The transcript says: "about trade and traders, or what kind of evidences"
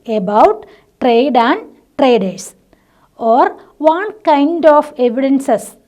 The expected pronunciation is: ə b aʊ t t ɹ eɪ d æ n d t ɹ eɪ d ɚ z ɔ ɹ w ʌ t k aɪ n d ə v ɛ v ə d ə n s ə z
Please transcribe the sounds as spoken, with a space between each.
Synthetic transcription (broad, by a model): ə b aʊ t t ɹ eɪ d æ n d t ɹ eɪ d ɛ s ɔ ɹ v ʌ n k aɪ n d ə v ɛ v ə d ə n s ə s